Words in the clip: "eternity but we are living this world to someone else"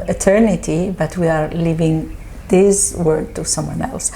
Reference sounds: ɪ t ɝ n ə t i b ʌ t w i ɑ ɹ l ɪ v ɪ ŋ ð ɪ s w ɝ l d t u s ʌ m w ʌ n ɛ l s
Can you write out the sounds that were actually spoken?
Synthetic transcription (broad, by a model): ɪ t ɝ n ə t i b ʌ t w i ɑ ɹ l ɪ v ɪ ŋ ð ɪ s w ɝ d t u s ʌ m w ʌ n ɛ l s